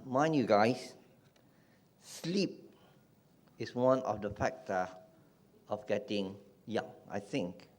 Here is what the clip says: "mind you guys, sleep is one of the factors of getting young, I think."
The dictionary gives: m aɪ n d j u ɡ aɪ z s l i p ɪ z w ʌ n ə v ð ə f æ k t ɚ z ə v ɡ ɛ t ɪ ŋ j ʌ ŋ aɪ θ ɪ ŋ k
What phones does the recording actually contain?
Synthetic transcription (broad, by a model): m aɪ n j u ɡ aɪ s s l i p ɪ s w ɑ n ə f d ə f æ k t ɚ ə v ɡ ɛ t ɪ ŋ j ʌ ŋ aɪ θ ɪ ŋ k